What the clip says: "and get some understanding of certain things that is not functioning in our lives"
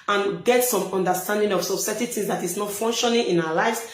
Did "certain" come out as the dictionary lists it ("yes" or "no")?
no